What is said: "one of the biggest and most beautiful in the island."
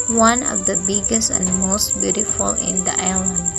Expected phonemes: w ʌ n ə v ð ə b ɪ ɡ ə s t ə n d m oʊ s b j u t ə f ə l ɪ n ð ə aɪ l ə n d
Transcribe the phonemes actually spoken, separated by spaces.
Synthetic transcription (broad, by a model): w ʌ n ə v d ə b ɪ ɡ ə s t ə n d m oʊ s b j u t ə f ə l ɪ n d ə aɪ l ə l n